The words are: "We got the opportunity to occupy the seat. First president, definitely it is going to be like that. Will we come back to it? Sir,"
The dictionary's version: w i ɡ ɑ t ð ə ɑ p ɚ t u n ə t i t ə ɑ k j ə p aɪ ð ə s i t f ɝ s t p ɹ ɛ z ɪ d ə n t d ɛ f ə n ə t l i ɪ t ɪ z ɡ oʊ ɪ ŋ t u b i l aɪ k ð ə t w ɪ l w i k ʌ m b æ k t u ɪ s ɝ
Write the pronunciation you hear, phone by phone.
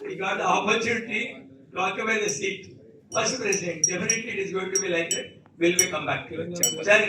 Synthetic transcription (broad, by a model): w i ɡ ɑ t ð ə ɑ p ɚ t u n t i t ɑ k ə b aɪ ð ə s i t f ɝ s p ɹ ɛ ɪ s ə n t d ɛ f ə n ə t l i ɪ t ɪ z ɡ oʊ ɪ ŋ t u b i l aɪ k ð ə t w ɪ l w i k ʌ m b æ k t u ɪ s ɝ